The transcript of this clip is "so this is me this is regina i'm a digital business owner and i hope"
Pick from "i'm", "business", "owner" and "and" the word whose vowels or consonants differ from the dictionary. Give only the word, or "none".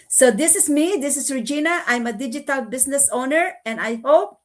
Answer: business